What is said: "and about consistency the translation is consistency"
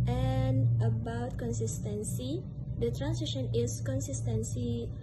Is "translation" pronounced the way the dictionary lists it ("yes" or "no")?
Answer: no